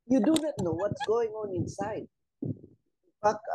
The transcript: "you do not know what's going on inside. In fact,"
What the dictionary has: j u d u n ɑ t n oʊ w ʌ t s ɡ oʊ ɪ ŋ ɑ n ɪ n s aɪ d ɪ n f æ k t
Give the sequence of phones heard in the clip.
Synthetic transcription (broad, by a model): j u d u n ɑ t n oʊ w ʌ t s ɡ oʊ ɪ ŋ ɑ n ɪ n s aɪ d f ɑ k